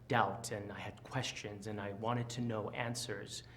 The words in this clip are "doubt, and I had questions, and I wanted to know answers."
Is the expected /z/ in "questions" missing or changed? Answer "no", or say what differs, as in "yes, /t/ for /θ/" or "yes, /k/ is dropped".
no